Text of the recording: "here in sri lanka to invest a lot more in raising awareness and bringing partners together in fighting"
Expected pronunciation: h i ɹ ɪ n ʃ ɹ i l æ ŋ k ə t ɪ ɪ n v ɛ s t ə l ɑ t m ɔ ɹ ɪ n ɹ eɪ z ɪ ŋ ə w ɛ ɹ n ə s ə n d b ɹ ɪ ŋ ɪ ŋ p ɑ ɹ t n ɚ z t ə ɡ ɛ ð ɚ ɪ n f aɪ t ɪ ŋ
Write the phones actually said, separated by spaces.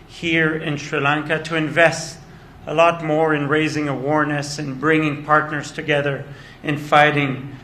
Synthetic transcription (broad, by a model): h i ɹ ɪ n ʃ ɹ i l æ ŋ k ə t ɪ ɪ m v ɛ s t ə l ɑ t m ɔ ɹ ɪ n ɹ eɪ z ɪ ŋ ə w ɛ ɹ n ə s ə n b ɹ ɪ ŋ ɪ ŋ p ɑ ɹ t n ɚ z t ə ɡ ɛ ð ɚ ɪ n f aɪ t ɪ ŋ